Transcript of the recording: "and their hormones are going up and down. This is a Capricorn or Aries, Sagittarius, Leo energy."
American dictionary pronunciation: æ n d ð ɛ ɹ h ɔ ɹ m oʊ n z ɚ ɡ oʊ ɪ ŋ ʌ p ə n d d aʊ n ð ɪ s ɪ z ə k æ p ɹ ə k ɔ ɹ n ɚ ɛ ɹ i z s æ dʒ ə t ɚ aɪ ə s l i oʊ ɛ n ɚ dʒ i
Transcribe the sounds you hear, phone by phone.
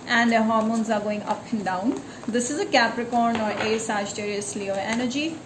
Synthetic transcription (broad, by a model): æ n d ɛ h ɔ ɹ m oʊ n z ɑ ɡ oʊ ɪ ŋ ʌ p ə n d d aʊ n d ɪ s ɪ z ə k æ p ɹ ə k ɔ ɹ n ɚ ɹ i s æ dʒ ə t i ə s l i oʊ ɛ n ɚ dʒ i